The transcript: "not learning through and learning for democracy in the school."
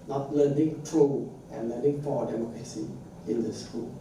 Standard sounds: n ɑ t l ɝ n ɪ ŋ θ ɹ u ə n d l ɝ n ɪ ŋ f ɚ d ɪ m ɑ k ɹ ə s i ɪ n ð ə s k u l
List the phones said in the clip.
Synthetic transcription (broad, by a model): n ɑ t l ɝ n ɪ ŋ t ɹ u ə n l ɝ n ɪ ŋ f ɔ d ɪ m ɑ k ɹ ə s i ɪ n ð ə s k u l